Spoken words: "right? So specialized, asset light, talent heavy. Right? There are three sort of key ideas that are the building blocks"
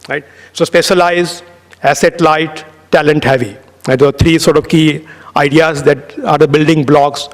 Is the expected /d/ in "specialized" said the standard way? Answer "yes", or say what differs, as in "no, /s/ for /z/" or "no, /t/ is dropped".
no, /d/ is dropped